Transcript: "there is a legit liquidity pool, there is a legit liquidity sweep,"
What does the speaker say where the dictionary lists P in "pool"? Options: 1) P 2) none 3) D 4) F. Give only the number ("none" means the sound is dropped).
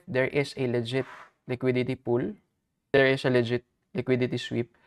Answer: 1